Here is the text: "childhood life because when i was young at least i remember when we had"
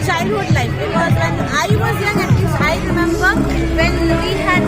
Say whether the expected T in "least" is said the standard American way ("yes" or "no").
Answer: no